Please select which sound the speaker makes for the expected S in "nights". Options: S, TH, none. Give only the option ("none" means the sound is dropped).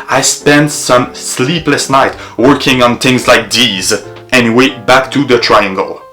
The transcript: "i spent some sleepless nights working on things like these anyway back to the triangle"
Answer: none